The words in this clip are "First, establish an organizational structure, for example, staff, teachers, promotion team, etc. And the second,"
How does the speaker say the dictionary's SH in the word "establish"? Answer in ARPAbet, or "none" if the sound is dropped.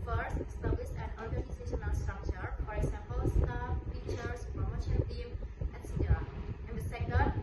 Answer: S